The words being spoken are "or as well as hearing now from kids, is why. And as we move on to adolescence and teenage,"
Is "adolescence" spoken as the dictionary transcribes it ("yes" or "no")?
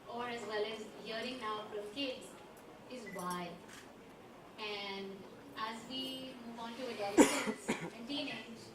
no